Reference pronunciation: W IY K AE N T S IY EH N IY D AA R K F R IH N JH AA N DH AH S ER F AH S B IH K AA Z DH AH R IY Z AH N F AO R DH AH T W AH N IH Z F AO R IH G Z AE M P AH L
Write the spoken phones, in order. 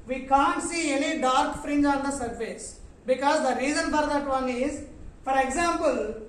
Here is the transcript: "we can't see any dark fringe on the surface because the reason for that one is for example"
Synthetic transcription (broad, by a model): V IY K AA N T S IY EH L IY D AA R K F R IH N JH AA N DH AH S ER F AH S B IH K AA Z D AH R IY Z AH N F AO R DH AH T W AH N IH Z F AO R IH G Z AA M P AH L